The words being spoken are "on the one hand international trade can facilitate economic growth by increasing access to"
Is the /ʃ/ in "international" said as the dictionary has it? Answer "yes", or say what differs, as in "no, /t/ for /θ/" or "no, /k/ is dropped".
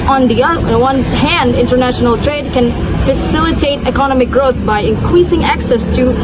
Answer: yes